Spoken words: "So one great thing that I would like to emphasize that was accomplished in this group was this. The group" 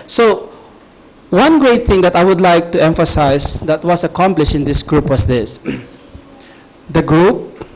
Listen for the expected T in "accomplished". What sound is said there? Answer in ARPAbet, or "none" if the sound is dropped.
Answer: none